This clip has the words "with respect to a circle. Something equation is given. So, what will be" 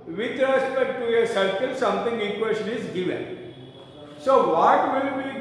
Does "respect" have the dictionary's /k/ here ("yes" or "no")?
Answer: no